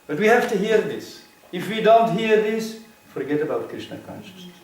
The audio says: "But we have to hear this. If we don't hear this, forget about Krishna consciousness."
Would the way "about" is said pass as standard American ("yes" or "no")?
yes